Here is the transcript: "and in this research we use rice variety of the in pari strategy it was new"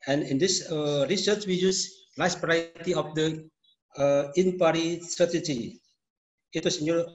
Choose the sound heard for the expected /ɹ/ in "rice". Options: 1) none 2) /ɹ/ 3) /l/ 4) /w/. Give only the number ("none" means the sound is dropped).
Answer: 3